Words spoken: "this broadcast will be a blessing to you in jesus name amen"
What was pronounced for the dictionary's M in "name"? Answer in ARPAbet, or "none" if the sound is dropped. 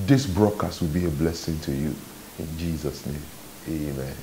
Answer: M